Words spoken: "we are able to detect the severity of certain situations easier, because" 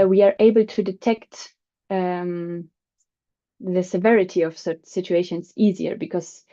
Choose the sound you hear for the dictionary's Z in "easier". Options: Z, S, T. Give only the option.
Z